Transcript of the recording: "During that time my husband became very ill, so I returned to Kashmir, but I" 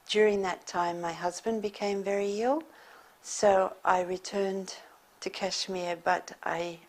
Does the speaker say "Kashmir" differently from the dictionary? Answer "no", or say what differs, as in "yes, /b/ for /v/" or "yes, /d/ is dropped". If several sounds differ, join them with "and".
no